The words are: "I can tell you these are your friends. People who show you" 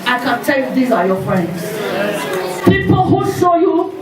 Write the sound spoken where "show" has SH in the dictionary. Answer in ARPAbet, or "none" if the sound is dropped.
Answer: S